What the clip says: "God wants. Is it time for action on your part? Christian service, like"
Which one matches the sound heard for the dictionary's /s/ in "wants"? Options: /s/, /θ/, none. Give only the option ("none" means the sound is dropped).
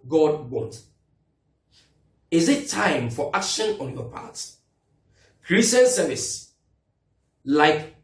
none